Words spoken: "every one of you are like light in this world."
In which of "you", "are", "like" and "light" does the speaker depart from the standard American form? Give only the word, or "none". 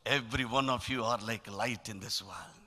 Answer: none